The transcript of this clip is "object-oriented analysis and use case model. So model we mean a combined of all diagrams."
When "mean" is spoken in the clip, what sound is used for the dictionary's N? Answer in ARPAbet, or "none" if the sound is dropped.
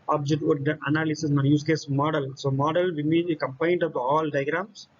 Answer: none